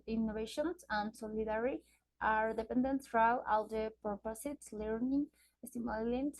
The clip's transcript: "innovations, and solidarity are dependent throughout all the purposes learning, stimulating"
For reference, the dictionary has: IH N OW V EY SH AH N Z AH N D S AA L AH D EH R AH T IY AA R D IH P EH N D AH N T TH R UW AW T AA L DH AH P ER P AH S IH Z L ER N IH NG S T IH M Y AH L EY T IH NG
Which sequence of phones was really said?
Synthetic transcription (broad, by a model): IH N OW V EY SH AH N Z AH N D S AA L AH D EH R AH T AA R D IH P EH N D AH N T F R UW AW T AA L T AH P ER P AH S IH S L ER N IH NG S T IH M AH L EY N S